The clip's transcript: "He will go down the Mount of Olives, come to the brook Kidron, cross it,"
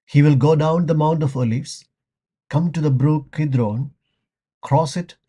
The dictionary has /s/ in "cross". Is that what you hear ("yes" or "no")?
yes